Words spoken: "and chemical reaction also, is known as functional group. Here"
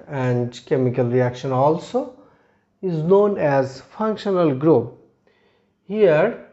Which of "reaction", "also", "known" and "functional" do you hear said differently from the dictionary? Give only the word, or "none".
none